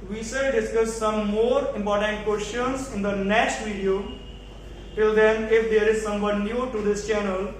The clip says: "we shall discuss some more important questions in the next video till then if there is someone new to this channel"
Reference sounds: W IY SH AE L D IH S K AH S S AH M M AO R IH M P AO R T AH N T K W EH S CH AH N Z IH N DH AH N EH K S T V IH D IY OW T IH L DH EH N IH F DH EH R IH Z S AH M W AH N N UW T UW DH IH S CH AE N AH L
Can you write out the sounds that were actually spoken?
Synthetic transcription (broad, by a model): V IY S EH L D IH S K AH S S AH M M AO R IH M P AO R T AH N T K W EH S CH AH N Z IH N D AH N EH K S T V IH D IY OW T IH L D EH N IH F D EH R IH Z S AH M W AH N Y UW T UW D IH S CH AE N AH L